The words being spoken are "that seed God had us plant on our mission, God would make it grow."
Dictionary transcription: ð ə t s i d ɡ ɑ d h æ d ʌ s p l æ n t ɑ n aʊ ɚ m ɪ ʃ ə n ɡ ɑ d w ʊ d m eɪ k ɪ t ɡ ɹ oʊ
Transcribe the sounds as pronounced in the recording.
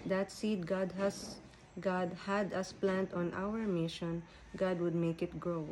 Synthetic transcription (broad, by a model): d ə t s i d ɡ ɑ d h æ d ʌ s p l æ n t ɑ n aʊ ɚ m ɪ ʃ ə n ɡ ɑ d w ʊ d m eɪ k ɪ t ɡ ɹ oʊ